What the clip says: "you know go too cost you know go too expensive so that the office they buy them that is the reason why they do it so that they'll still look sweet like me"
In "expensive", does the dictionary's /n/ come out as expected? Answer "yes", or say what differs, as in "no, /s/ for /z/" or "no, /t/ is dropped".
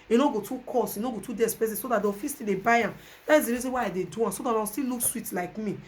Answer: no, /n/ is dropped